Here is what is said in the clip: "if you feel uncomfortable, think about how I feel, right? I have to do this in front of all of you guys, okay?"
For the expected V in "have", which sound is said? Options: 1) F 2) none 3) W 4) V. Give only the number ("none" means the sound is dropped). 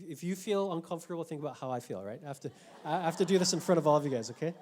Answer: 1